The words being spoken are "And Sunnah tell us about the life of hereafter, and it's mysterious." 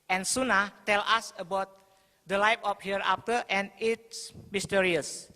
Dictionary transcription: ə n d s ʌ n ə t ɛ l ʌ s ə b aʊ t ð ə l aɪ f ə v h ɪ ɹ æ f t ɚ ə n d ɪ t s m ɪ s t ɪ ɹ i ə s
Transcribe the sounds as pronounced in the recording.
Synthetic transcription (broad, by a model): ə n s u n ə t ɛ l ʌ s ə b aʊ t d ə l aɪ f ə p h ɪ ɹ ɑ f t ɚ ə n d ɪ t s m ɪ s t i ɹ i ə s